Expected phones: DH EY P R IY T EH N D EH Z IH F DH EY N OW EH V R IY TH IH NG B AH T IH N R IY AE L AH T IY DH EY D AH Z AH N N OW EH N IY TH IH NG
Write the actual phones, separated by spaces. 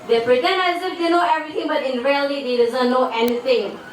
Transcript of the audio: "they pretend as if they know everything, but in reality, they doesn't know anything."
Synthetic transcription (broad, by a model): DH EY P R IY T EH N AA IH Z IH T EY N OW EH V R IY T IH NG B AH T IH N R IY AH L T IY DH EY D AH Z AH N N OW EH N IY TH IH NG